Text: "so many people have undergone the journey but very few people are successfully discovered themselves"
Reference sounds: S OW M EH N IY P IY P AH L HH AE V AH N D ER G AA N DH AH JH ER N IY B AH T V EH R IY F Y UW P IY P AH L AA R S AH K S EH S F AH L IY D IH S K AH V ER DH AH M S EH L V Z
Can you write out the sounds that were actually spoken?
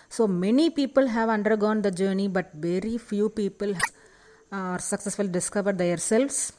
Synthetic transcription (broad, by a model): S OW M EH N IY P IY P AH L HH AE V AH N D ER G AA N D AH JH ER N IY B AH T V EH R IY F Y UW P IY P AH L AA R S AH K S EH S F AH L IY D IH S K AH V ER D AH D S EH L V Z